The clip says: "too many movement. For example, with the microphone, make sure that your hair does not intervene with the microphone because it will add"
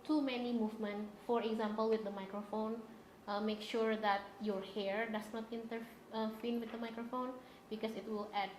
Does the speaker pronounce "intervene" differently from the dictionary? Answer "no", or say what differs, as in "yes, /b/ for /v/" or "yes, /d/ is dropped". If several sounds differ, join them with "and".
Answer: yes, /f/ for /v/